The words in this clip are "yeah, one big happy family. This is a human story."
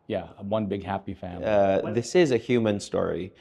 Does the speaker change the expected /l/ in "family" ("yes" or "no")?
yes